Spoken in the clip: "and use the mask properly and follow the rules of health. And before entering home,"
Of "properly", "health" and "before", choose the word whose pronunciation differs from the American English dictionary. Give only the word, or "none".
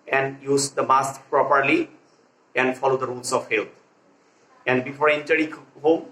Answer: health